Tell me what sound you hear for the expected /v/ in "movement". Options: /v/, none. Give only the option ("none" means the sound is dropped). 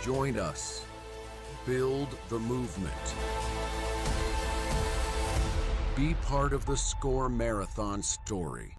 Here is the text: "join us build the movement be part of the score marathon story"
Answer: /v/